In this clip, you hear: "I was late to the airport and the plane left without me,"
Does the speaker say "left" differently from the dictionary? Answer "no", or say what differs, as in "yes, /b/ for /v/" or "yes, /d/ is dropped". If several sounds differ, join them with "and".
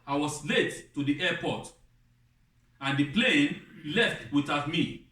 no